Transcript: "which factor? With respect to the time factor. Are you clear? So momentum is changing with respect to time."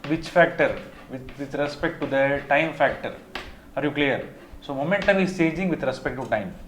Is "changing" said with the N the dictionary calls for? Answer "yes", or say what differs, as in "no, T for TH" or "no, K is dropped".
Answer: no, N is dropped